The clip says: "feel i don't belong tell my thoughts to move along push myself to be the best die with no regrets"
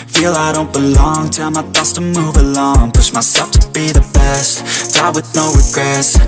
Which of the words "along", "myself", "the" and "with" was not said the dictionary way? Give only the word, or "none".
myself